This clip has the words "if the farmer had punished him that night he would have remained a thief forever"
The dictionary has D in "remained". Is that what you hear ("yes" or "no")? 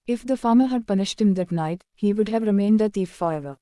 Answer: yes